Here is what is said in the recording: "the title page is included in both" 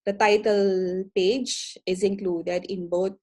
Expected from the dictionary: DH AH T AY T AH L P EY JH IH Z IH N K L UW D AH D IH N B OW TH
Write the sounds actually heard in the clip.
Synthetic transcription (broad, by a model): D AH T AY T AH L P EY JH IH Z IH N K L UW D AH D IH N B OW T